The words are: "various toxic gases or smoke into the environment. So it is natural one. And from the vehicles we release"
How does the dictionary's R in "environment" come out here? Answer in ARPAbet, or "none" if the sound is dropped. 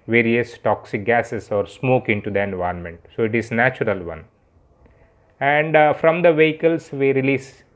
none